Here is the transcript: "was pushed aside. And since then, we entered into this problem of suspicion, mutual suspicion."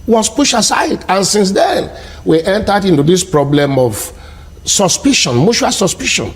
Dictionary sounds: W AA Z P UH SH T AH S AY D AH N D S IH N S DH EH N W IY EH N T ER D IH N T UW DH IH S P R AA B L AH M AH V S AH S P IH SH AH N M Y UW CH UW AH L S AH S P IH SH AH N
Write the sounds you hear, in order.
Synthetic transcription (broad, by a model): W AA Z P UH SH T AH S AY D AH N S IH N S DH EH N W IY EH N T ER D IH N T UW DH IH S P R AA B L AH M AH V S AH S P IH SH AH N M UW SH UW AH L S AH S P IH SH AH N